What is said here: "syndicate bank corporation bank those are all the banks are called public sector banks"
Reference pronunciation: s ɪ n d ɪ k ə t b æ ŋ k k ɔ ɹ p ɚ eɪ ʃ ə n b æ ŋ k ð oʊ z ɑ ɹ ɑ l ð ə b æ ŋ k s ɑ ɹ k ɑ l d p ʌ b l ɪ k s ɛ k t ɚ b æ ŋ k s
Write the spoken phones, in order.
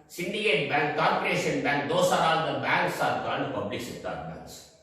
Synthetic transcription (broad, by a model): s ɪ n d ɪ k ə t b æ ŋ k k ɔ ɹ p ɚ eɪ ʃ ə n b æ ŋ k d oʊ s ɑ ɹ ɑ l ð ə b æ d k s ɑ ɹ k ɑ n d p ʌ b l ɪ k s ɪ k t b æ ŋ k s